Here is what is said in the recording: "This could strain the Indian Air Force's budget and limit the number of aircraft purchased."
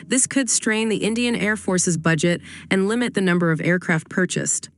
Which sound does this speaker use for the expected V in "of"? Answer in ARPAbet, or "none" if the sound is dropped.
V